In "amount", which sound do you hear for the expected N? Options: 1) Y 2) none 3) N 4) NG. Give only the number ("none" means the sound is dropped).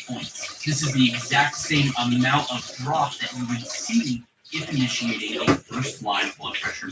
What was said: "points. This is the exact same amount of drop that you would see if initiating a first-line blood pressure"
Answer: 2